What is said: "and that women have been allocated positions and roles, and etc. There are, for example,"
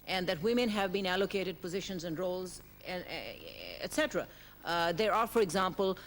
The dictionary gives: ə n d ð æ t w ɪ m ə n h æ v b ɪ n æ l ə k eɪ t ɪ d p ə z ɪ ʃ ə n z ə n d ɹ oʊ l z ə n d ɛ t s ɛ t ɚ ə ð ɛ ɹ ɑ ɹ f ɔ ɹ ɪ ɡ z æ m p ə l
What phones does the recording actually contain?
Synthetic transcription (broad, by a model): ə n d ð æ t w ɪ m ə n h æ v b ɪ n æ l ə k eɪ t ɪ d p ə z ɪ ʃ ə n z ə n d ɹ oʊ l z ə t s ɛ t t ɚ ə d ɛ ɹ ɑ ɹ f ɔ ɹ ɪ ɡ z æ m p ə l